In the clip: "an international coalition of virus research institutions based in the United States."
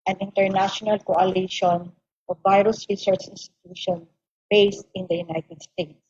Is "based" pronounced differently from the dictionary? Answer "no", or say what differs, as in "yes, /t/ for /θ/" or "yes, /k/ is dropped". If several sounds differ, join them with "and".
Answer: no